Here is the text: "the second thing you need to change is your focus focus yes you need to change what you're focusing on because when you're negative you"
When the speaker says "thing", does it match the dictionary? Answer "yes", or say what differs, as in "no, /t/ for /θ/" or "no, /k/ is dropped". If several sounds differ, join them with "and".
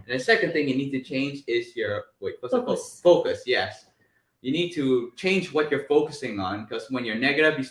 yes